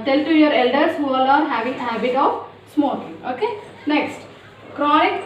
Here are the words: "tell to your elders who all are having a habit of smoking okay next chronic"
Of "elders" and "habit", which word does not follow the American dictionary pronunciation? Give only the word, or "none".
elders